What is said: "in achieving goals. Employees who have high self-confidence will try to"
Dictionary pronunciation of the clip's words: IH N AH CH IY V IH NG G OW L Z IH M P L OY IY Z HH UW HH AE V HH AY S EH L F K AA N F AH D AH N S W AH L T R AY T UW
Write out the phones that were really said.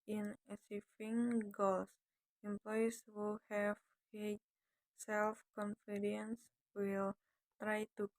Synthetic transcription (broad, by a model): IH N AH S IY F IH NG G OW L S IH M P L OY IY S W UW HH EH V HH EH S EH L F K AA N F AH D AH N S W AH L T R AY T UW